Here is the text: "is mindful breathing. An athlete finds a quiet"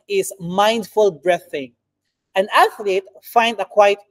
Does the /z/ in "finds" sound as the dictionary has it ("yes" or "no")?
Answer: no